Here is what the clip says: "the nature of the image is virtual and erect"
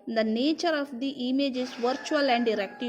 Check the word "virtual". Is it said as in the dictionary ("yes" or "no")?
yes